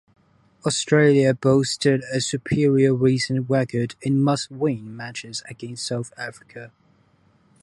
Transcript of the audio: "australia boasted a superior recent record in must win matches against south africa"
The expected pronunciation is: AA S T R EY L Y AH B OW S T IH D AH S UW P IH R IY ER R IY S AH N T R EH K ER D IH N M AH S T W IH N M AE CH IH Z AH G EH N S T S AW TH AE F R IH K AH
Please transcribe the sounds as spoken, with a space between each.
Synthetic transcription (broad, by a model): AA S T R EY L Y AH B OW S T IH D AH S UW P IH R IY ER R IY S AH N T W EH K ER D IH N M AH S W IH N M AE CH IH Z AH G EH N S T S AW TH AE F R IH K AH